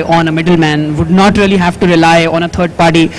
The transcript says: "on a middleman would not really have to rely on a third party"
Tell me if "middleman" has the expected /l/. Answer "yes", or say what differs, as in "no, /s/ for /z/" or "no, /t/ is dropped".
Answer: yes